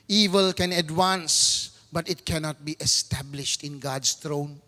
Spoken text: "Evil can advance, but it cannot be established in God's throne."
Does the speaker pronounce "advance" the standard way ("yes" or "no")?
no